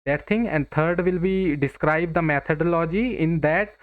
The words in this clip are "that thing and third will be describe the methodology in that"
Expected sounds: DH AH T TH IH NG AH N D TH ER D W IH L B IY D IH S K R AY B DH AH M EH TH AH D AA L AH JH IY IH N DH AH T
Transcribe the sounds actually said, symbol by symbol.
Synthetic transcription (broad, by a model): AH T T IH NG AH N D T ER D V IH L B IY D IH S K R AY B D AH M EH T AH D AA L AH JH IY IH N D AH T